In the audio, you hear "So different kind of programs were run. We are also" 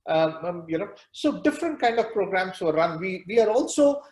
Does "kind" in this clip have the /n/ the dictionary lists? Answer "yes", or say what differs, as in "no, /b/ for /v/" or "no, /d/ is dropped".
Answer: yes